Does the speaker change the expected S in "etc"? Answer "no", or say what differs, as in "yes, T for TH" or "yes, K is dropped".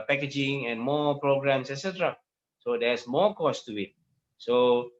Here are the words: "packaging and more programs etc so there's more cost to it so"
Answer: no